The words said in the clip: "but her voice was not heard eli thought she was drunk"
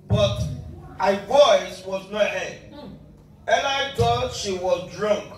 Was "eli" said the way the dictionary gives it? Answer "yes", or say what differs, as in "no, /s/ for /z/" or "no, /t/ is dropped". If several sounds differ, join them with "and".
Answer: no, /n/ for /l/